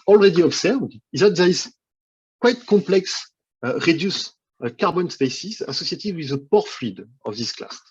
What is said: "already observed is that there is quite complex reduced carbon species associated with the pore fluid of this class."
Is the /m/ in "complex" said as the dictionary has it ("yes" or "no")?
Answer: no